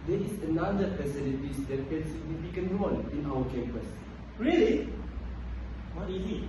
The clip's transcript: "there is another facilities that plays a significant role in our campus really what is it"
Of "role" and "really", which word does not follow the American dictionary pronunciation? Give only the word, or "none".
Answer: role